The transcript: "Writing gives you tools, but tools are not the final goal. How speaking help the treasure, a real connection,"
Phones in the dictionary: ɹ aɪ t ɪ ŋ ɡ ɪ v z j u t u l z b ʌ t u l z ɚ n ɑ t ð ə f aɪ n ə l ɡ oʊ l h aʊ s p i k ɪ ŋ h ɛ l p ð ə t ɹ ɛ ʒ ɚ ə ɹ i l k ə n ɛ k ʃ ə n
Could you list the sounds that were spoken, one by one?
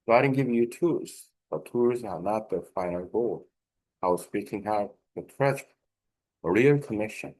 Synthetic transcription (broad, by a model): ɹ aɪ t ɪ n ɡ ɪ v j u t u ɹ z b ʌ t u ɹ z ɚ n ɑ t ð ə f aɪ n ə l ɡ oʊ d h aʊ s p i k ɪ ŋ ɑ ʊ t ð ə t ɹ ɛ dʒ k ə ɹ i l k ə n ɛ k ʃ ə n